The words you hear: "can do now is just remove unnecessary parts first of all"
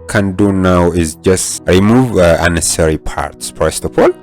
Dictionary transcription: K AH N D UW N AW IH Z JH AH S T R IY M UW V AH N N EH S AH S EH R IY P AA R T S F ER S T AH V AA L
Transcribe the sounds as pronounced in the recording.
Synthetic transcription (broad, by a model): K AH N D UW N AW IH Z JH AH S T R IY M UW V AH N N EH S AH S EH R IY P AA R T S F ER S T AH P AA L